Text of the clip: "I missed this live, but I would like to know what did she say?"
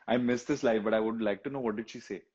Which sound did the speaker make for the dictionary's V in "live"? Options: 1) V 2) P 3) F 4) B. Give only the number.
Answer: 3